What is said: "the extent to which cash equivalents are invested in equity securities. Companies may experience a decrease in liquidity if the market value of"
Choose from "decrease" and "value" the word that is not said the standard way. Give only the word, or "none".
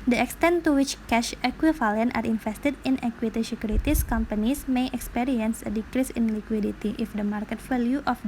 value